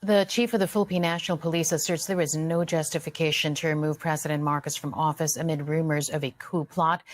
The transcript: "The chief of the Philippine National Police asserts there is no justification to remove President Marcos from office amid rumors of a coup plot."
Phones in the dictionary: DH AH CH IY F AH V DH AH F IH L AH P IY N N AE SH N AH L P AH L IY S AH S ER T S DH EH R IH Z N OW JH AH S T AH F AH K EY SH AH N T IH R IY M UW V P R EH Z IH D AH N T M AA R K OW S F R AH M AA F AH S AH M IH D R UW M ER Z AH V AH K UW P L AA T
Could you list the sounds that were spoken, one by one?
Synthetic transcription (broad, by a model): DH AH CH IY F AH V DH AH F IH L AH P IY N N AE SH N L P AH L IY S AH S ER T S DH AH R IH Z N OW JH AH S T AH F AH K EY SH AH N T IH R IY M UW V P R EH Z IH D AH N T M AA R K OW S F R AH M AA F AH S AH M IH D R UW M ER Z AH V AH K UW P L AA T